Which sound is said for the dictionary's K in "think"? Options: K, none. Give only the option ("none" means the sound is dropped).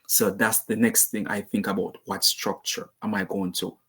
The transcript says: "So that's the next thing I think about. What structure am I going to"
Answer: K